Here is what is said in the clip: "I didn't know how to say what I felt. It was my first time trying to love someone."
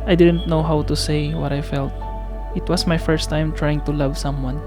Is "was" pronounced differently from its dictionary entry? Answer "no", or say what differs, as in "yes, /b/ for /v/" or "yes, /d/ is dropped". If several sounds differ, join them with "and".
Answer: yes, /s/ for /z/